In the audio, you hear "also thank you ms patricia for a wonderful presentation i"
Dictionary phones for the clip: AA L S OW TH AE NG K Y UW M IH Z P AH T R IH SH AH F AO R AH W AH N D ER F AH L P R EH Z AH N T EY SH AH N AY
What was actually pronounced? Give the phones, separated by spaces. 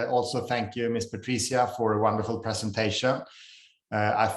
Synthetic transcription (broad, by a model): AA L S OW TH AE NG K Y UW M IH S P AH T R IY S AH F AO R AH W AH N D ER F AH L P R EH S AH N T EY SH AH N AY